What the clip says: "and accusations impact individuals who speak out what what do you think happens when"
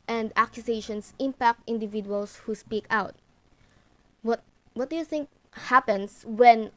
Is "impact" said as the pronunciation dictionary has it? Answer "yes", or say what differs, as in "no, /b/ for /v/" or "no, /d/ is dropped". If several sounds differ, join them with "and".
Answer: yes